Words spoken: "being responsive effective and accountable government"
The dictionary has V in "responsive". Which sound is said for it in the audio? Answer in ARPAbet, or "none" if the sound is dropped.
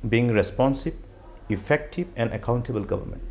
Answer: B